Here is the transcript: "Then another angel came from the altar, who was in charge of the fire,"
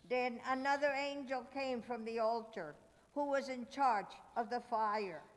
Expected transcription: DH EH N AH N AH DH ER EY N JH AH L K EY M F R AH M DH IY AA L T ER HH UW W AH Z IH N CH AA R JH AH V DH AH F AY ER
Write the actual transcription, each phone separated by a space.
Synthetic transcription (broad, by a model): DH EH N AH N AH DH ER EY N JH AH L K EY M F R AH M DH IY AA L T ER HH UW W AH Z IH N CH AA R JH AH V DH AH F AY ER